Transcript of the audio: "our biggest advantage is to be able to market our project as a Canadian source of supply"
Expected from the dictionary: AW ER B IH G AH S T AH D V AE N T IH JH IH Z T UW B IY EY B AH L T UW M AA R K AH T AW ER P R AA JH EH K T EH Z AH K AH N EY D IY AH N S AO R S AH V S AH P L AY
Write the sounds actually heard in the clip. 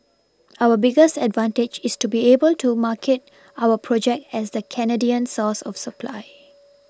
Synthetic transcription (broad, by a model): AW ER B IH G AH S T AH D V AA N T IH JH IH S T UW B IY EY B AH L T UW M AA K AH T AW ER P R AA JH EH K T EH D AH K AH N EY D IY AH N S AO S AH F S AH P L AY